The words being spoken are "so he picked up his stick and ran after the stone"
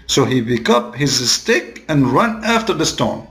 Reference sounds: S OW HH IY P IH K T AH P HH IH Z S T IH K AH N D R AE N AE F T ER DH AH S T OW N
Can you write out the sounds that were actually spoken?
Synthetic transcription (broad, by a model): S OW HH IY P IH K AH P HH IH Z S T IH K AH N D R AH N AE F T ER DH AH S T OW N